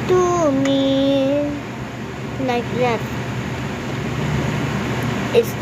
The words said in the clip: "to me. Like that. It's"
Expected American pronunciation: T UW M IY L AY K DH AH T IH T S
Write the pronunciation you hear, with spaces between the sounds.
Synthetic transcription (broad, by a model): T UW M IY N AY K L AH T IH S